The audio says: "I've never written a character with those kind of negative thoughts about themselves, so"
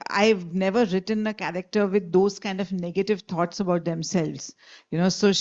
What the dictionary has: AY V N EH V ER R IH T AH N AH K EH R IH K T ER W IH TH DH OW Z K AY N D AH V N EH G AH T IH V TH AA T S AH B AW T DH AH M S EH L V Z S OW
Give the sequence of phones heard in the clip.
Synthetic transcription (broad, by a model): AY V N EH V ER R IH T AH N AH K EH R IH K T ER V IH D OW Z K AY N D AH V N EH G AH T IH V T AA T S AH B AW T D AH M S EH L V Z S OW